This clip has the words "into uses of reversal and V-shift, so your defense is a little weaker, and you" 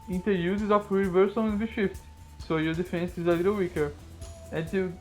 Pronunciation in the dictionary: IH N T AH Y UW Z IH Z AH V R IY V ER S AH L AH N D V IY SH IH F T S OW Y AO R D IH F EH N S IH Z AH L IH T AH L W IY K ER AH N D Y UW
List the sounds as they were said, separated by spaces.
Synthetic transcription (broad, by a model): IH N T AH Y UW Z IH Z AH F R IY V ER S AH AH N V IY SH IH F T S OW Y AO R D IH F EH N S IH Z AH L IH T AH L W IY K ER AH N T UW